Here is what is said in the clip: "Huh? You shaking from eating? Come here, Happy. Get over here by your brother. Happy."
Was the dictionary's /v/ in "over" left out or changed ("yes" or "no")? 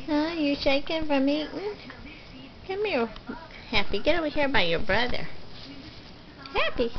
yes